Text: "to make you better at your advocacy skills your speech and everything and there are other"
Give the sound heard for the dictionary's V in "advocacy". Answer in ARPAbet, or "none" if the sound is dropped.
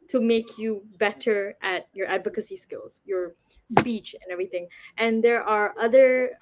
V